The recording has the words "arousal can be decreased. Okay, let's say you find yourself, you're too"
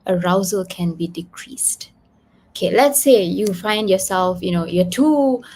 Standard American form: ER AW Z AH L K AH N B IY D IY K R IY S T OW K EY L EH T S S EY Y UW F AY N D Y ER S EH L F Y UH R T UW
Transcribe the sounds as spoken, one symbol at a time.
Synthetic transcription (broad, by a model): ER AW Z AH L K AH N B IY D IY K R IY S T OW K EY L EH T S S EY Y UW F AY N D Y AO S EH L F Y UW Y T UW